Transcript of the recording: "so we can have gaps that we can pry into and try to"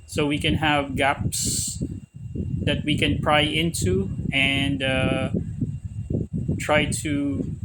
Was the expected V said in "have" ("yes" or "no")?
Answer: yes